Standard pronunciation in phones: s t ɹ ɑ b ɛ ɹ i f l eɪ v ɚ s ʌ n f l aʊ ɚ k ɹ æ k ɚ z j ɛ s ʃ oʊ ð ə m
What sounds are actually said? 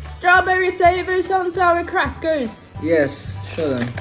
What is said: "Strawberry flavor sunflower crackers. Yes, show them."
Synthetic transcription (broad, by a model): s t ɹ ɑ b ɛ ɹ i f eɪ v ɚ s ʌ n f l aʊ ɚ k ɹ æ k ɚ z j ɛ s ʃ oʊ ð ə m